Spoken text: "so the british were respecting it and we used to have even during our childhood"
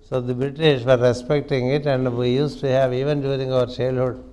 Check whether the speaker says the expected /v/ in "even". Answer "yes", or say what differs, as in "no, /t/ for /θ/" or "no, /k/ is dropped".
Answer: yes